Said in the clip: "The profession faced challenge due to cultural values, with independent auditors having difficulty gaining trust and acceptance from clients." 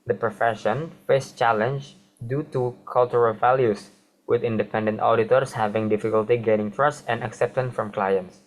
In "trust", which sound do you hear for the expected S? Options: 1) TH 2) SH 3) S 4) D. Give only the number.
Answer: 3